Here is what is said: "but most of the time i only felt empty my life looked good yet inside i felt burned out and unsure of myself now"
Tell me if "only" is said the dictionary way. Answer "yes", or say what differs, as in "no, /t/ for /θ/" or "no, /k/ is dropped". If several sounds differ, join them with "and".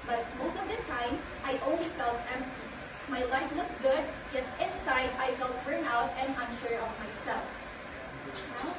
yes